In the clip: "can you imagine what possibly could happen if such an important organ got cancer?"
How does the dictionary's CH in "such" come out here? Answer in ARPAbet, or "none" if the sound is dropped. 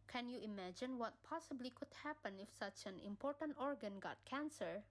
CH